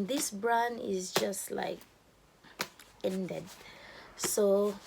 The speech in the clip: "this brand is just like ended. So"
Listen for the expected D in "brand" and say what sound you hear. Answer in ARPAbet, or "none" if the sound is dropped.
none